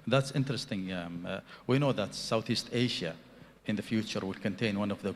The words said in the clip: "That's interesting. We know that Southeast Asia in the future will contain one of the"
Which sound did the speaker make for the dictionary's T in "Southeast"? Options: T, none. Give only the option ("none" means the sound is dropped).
T